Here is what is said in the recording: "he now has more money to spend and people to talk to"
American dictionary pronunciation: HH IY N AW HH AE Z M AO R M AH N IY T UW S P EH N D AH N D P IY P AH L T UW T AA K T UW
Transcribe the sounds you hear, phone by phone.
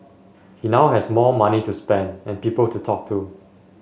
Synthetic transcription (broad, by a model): HH IY N AW HH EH S M AO M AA N IY T UW S P EH N D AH N P IY P AH L T UW T AA K T UW